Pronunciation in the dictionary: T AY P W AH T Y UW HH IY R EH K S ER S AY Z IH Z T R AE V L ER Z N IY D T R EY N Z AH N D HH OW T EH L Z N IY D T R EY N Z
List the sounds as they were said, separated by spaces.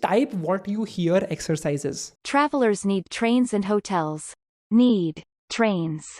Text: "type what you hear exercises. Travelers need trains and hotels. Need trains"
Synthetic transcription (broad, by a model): T AY P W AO T Y UW HH IY R EH K S ER S AY Z IH Z T R AE V L ER Z N IY D T R EY N Z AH N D HH OW T EH L Z N IY D T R EY N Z